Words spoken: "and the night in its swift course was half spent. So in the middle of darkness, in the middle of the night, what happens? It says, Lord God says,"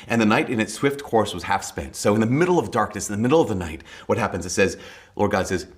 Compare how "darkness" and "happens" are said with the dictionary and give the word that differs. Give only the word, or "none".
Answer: none